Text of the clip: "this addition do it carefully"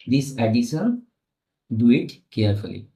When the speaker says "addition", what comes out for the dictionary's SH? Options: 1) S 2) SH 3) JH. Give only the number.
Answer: 1